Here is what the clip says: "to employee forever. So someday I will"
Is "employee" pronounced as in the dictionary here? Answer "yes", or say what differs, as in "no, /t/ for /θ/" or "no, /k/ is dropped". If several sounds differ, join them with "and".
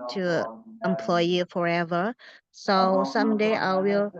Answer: yes